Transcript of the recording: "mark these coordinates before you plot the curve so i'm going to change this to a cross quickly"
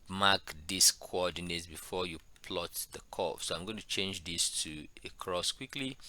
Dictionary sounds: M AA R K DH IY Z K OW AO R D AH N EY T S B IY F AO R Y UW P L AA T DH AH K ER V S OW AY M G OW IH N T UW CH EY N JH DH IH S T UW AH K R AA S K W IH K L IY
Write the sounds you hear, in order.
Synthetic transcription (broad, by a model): M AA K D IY S K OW AO D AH N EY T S B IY F AO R Y UW P L AA T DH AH K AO F S OW AY M G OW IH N T UW CH EY N JH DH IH S T UW AH K R AA S K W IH K L IY